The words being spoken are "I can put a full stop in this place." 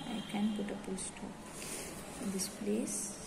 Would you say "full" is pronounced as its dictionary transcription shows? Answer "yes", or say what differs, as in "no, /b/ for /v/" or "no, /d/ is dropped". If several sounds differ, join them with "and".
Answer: no, /p/ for /f/